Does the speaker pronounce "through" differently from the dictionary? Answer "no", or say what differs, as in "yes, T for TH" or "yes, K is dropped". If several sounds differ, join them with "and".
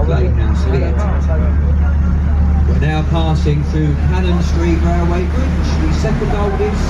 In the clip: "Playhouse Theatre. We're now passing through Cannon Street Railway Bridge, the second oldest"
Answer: no